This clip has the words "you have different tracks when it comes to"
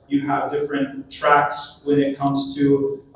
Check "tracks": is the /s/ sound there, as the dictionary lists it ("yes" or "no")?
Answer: yes